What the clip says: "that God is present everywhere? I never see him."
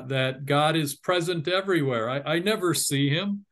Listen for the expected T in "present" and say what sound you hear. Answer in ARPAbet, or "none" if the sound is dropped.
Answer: T